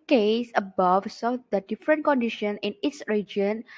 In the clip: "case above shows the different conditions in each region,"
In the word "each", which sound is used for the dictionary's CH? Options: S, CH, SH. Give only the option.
S